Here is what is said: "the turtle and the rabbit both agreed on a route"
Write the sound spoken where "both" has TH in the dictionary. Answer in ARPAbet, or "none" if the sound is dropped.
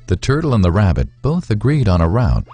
TH